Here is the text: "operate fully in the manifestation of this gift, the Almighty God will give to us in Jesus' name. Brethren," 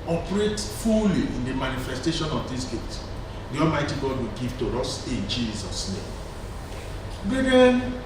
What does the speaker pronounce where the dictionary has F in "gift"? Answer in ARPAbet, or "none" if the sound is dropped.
none